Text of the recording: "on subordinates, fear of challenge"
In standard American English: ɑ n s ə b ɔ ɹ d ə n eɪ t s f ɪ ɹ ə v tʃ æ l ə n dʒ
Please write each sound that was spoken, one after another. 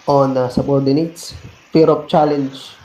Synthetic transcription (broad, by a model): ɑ n s ə b ɔ ɹ d ə n eɪ t s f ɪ ɹ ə p tʃ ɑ l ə n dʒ